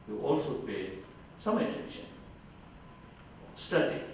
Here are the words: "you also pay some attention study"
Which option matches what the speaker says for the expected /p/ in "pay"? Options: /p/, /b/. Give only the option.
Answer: /p/